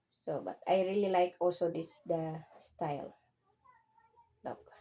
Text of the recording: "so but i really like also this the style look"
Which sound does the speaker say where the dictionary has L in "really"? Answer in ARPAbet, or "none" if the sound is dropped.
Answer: L